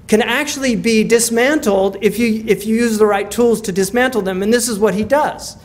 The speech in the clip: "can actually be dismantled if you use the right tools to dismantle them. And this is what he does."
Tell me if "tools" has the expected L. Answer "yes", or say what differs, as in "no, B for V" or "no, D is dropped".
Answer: yes